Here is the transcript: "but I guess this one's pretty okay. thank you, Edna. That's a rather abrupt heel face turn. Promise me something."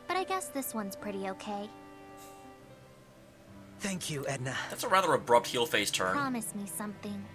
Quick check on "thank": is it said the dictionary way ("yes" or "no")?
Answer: yes